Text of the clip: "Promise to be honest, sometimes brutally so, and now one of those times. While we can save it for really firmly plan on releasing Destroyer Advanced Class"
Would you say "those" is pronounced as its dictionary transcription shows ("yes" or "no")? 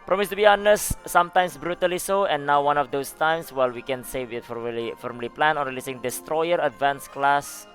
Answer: no